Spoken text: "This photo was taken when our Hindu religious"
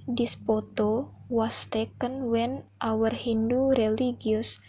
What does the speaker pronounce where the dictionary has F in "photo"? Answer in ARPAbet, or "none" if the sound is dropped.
P